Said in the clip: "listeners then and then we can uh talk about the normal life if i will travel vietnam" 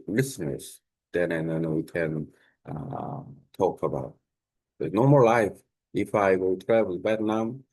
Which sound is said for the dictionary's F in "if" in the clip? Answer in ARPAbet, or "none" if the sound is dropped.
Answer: F